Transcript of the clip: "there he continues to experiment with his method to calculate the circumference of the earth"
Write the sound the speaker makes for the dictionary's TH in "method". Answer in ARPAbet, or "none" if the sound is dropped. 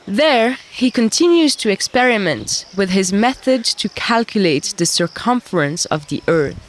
TH